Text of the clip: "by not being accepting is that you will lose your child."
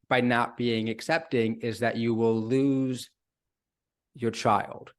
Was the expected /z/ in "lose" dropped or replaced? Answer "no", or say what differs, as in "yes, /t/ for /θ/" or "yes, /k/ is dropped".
no